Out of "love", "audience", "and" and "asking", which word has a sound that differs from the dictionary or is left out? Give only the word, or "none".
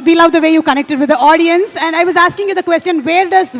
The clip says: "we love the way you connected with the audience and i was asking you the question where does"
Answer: none